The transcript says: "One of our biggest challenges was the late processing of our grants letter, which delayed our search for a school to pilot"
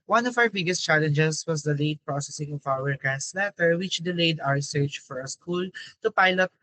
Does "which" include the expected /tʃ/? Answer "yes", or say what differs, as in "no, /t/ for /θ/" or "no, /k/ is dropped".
yes